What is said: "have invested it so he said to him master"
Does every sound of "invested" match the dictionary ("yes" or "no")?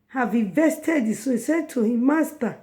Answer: no